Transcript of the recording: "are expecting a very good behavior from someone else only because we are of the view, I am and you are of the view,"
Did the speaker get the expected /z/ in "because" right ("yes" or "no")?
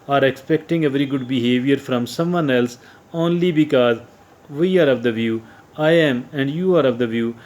yes